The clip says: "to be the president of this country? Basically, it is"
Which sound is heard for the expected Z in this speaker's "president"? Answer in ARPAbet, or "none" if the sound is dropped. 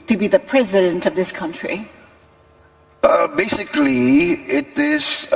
Z